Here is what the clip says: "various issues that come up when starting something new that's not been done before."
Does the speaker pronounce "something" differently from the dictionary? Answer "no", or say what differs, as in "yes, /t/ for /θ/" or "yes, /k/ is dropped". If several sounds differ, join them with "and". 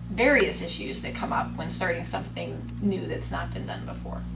no